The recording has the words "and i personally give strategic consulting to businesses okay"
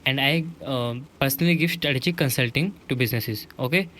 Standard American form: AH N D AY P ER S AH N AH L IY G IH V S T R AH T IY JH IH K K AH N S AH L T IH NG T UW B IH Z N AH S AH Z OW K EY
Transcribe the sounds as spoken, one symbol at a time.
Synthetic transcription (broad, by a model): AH N D AY P ER S AH N AH L IY G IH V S T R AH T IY CH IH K K AH N S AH L T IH NG T UW B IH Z N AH S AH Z OW K EY